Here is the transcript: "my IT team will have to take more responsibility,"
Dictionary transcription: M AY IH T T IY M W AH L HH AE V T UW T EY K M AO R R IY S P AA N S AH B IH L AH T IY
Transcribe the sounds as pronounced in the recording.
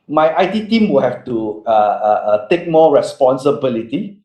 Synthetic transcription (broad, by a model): M AY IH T T IY M W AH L HH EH F T UW T EY K M AO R R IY S P AA N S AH B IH L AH T IY